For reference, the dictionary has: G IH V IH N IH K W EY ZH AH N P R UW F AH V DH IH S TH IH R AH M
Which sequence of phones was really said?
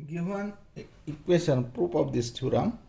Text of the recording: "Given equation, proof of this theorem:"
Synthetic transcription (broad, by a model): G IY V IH N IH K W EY S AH N P R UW P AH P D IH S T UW R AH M